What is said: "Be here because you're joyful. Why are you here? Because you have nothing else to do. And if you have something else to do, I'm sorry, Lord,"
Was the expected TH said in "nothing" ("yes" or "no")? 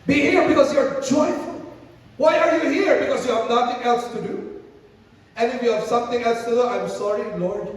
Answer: no